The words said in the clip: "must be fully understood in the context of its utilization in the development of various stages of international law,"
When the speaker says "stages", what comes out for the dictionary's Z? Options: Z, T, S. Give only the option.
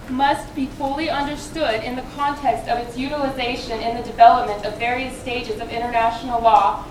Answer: Z